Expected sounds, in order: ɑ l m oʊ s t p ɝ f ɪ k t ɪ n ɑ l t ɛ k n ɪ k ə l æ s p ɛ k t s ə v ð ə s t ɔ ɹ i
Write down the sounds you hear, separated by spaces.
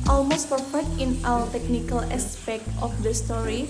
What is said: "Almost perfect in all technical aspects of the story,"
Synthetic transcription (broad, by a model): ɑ l m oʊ s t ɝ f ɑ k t ɪ n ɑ w t ɛ k n ɪ k ə l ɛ s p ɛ k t ə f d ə s t ɔ ɹ i